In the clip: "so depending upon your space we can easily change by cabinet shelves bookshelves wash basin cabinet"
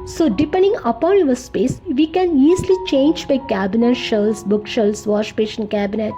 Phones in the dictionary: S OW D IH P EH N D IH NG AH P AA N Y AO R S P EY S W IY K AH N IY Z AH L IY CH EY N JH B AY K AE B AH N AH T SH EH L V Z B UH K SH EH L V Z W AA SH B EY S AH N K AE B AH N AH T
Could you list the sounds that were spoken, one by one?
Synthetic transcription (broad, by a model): S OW D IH P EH N D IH NG AH P AA N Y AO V S P EY S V IY K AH N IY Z L IY CH EY N JH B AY K AE B AH N AH T SH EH L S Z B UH K SH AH L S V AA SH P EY SH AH N K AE B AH N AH T